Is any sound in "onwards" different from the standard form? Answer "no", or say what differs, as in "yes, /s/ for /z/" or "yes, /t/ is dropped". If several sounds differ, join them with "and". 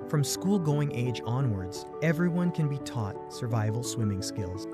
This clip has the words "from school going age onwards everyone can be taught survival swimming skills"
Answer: no